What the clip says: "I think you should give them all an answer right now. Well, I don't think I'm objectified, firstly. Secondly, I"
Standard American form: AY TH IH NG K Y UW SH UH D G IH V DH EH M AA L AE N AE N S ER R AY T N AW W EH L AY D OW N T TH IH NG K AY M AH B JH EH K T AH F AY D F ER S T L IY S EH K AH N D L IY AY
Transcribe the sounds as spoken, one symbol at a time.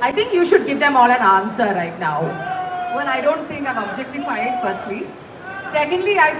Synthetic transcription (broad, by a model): AY T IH NG K Y UW SH UH D G IH V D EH M AA L AE N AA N S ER R AY T N AW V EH N AY D OW N T T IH NG K AY M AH B JH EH K T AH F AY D F ER S T L IY S EH K AH N D L IY AY